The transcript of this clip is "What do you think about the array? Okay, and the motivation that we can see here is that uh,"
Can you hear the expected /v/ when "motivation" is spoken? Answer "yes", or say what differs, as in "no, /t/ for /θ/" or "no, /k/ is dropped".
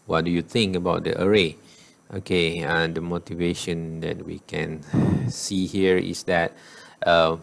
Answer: yes